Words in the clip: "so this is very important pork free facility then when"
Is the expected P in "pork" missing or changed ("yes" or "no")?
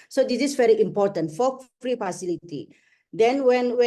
yes